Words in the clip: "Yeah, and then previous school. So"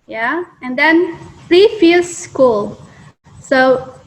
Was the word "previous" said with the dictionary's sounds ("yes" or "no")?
no